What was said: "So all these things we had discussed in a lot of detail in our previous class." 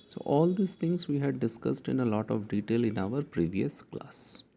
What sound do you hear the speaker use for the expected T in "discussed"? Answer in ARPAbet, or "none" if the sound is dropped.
T